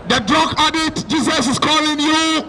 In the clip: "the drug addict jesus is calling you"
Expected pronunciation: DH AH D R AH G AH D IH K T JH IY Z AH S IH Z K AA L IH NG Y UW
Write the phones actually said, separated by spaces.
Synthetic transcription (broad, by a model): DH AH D R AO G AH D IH T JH IY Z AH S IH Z K AA L IH NG Y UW